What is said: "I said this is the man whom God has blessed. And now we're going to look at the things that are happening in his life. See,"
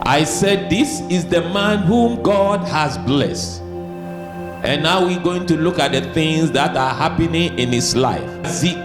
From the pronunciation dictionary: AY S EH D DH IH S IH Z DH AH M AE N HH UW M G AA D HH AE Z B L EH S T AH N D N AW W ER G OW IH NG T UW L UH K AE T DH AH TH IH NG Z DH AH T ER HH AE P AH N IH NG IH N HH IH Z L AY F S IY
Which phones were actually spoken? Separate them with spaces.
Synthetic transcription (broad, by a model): AY S EH D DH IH S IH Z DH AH M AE N HH UW M G AA D HH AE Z B L EH S T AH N N AW W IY G OW IH NG T UW L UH K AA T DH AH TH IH NG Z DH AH T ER HH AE P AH N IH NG IH N HH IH S L AY F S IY